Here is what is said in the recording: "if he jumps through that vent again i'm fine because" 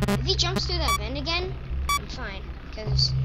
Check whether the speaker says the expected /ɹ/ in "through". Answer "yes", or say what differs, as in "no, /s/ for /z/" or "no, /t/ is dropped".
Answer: no, /ɹ/ is dropped